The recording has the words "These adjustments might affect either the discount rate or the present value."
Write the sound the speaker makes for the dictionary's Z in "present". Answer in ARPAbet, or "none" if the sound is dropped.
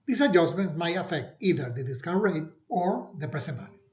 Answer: S